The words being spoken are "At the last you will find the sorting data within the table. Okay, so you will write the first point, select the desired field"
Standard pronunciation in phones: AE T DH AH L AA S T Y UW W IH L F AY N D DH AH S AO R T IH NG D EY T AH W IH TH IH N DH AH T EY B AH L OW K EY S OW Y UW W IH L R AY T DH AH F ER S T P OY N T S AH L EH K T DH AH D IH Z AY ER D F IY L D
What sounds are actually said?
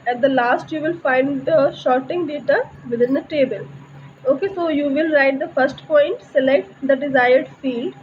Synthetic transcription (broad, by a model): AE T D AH L AA S T Y UW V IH L F AY N D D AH SH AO R T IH NG D EY T AH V IH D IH N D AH T EY B AH L OW K EY S OW Y UW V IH L R AY T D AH F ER S T P OY N T S AH L EH K T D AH D IH Z AY ER D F IY L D